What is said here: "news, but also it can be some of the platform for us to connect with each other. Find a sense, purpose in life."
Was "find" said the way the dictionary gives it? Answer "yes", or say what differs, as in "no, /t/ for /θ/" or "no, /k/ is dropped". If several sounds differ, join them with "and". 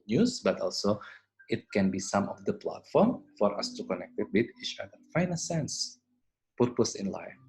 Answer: no, /d/ is dropped